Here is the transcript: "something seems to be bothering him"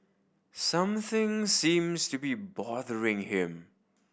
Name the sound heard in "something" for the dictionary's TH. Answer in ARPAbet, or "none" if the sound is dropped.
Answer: TH